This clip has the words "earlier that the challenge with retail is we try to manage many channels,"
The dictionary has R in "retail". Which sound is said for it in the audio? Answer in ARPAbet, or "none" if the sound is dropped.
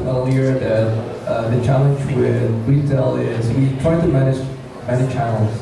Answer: W